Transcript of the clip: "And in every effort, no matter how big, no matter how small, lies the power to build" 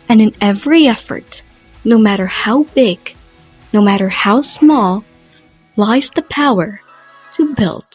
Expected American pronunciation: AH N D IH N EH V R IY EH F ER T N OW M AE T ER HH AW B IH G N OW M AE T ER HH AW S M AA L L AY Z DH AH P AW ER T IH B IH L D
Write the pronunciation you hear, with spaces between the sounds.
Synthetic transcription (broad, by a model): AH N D IH N EH V R IY EH F ER T N OW M AE T ER HH AW B IH G N OW M AE T ER HH AW S M AA L L AY Z DH AH P AW ER T IH B IH L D